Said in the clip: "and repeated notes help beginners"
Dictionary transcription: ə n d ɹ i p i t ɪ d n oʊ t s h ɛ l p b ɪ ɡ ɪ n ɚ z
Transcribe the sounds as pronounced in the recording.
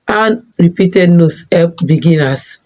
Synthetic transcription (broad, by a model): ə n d ɹ i p i t ɪ d n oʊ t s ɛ p b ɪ ɡ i n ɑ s